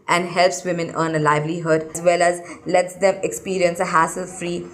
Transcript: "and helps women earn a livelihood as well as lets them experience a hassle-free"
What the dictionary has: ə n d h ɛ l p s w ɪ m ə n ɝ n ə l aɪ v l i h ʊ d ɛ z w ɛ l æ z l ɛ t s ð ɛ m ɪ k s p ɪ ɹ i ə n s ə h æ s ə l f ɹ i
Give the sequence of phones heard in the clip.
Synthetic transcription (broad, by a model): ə n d h ɛ l p s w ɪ m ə n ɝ n ə l aɪ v l i h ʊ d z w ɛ l æ z l ɛ t s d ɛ m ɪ k s p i ɹ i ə n s ə h æ s ə l f ɹ i